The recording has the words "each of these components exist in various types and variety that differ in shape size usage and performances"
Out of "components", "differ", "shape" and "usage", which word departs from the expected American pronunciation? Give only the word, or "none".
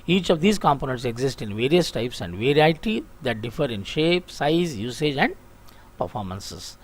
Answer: none